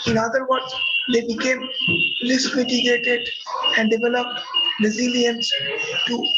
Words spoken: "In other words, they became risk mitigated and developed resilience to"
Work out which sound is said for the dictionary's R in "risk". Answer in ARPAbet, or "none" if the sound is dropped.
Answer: L